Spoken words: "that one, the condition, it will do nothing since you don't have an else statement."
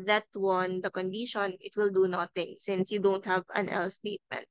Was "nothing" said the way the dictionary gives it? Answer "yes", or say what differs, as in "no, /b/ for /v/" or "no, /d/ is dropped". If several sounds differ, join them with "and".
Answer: no, /t/ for /θ/